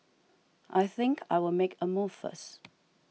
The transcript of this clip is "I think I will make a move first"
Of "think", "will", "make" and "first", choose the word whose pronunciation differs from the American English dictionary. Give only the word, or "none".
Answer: first